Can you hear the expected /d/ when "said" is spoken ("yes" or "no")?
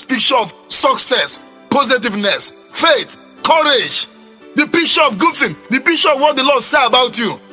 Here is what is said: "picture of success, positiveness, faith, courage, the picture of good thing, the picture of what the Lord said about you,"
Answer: no